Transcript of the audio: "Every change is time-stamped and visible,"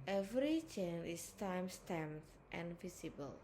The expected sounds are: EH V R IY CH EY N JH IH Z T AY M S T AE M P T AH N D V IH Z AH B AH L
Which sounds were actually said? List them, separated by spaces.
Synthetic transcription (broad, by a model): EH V R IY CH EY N IH S T AY M S T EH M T T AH N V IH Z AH B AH L